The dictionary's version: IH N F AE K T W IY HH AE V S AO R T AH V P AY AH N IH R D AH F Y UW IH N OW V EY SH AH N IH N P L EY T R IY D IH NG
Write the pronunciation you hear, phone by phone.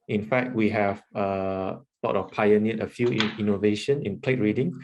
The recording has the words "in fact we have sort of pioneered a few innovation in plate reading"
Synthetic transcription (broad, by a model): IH N F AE K T W IY HH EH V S AO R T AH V P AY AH N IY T AH F Y UW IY N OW V EY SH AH N IH N P L EY T R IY D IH NG